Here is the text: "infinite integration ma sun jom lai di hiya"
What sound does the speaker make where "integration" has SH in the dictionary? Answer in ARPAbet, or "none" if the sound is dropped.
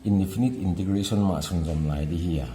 S